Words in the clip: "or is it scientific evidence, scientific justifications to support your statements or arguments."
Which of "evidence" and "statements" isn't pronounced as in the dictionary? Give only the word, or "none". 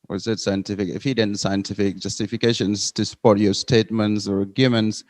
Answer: evidence